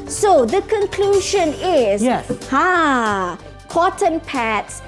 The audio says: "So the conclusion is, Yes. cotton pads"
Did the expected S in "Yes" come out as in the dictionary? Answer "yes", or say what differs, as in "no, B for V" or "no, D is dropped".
no, S is dropped